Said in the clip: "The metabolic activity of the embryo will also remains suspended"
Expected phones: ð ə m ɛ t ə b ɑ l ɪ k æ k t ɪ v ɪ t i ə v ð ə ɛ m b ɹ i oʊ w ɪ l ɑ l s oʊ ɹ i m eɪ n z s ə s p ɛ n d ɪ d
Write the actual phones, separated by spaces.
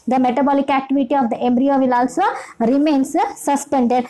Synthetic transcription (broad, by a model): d ə m ɛ t ə b ɑ l ɪ k æ k t ɪ v ɪ t i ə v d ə ɛ m b ɹ i oʊ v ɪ l ɑ l s oʊ ɹ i m eɪ n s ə s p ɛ n d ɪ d